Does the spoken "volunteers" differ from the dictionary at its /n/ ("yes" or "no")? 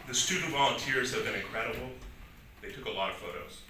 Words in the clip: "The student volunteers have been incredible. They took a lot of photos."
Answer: no